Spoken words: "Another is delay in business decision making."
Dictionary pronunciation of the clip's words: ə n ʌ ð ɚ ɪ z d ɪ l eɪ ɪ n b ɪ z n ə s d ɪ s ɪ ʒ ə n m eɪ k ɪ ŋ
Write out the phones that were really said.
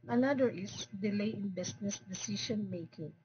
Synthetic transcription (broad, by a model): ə n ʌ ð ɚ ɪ s d ɪ l eɪ ɪ n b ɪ s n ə s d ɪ s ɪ ʃ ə n m eɪ k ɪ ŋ